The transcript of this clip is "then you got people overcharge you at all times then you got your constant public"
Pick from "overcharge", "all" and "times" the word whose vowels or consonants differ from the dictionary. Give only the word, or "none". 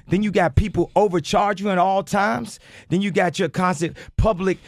none